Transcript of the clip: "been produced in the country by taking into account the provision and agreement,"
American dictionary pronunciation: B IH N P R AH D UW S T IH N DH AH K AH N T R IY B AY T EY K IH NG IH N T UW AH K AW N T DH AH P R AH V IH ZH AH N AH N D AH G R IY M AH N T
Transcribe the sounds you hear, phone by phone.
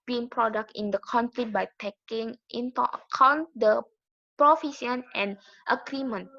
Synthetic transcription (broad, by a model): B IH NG P R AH D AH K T IH N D AH K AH N T R IY B AY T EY K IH NG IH N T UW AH K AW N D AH P R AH F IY S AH N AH N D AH G R IY M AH N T